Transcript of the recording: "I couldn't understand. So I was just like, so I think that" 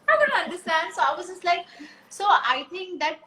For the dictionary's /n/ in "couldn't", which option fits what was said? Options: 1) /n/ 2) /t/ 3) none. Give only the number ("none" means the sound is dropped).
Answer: 3